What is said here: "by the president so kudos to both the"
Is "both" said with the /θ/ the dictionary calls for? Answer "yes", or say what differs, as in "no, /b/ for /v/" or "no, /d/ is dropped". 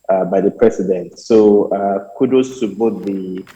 no, /t/ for /θ/